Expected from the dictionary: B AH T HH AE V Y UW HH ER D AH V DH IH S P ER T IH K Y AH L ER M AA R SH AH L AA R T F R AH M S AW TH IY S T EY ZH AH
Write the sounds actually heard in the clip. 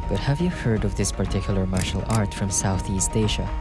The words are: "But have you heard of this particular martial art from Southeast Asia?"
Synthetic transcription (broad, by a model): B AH T HH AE V Y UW HH ER D AH V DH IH S P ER T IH K Y L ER M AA R SH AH L AA R T F R AH M S AW TH IY S T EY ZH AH